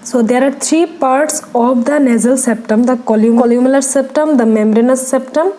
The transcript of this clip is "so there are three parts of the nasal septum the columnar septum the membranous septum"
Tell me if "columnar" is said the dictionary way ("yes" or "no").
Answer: no